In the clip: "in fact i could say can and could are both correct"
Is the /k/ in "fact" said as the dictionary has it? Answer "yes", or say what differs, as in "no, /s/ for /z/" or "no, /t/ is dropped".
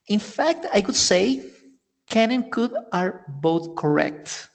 yes